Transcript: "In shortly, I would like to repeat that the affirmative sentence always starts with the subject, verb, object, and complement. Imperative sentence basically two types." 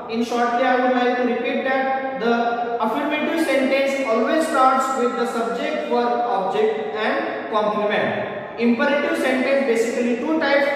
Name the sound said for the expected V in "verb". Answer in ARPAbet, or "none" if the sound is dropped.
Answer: F